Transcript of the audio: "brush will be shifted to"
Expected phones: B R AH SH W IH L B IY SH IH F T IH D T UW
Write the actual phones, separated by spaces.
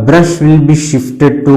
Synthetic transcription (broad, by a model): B R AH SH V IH L B IY SH IH F T IH D T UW